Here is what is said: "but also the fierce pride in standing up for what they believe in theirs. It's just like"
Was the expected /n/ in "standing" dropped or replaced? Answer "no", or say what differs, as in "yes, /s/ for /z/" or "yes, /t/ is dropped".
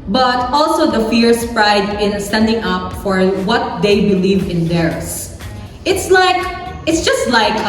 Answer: no